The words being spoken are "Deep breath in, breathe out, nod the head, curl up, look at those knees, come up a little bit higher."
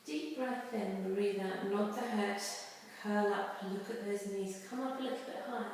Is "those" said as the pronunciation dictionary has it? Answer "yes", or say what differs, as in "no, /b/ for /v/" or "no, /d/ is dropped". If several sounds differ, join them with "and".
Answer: yes